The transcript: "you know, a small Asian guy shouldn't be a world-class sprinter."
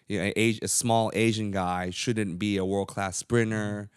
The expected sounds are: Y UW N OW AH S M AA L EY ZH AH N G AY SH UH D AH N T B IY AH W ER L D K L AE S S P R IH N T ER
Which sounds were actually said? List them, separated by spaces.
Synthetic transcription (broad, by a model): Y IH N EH AH S M AA L EY ZH AH N G AY SH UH D N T B IY AH W ER L D K L AE S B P R IH N ER